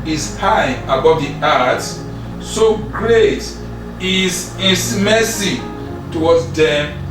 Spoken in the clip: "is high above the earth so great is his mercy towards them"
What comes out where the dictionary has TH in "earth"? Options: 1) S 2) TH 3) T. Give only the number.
1